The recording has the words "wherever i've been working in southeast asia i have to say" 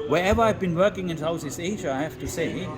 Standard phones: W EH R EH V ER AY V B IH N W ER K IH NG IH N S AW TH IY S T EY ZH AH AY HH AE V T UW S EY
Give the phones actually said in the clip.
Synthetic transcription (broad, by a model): W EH R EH V ER AY V B IH N W ER K IH NG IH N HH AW S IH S EY ZH AH AY HH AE F T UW S EY